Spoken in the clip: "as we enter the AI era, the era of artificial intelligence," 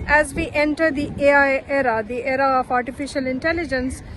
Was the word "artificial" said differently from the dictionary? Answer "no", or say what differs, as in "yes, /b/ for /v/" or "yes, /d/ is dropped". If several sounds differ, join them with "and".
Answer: no